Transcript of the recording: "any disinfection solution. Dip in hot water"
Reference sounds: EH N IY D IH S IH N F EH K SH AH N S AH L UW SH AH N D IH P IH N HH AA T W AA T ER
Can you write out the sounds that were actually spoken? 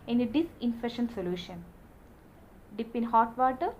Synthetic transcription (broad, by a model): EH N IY D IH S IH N F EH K SH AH N S AH L UW SH AH N D IH P IH N HH AA T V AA T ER